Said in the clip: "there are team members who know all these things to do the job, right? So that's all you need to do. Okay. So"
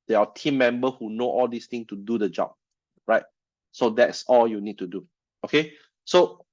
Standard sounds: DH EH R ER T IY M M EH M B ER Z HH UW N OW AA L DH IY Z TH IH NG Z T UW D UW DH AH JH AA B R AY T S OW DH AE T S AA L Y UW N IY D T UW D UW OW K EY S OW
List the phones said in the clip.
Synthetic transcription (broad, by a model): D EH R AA T IY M M EH M B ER HH UW N OW AA L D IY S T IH NG T UW D UW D AH JH AA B R AY T S OW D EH T S AA L Y UW N IY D T UW D UW OW K EY S OW